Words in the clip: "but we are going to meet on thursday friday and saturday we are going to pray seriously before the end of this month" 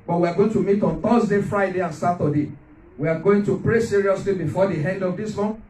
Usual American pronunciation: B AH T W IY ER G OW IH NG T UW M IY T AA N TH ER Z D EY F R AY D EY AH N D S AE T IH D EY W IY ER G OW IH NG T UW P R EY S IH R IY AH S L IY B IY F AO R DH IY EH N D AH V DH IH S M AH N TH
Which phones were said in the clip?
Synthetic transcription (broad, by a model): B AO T W IY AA G OW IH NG T UW M IY T AA N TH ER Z D EY F R AY D EY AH N S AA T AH D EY W IY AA G OW IH NG T UW P R EY S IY R IY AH S L IY B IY F AO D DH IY EH N D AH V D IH S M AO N